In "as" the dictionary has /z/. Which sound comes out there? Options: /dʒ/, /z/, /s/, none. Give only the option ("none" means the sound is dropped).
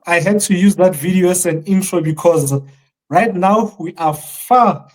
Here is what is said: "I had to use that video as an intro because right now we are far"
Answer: /s/